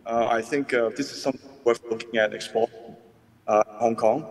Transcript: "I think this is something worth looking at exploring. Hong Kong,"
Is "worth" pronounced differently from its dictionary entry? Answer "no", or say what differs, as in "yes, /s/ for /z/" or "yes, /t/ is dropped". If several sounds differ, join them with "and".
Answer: yes, /f/ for /θ/